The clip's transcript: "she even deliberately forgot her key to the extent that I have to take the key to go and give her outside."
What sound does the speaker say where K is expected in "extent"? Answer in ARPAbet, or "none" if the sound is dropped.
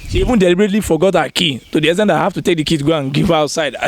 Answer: none